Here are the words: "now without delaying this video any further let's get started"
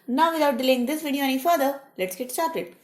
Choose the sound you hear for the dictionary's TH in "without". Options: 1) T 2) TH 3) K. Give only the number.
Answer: 1